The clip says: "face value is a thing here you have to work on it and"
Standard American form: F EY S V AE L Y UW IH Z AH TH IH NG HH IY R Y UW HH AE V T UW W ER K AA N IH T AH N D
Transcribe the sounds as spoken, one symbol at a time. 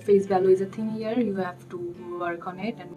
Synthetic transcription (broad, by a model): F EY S B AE L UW IH Z AH T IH NG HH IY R Y UW HH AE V T UW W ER K AA N IH T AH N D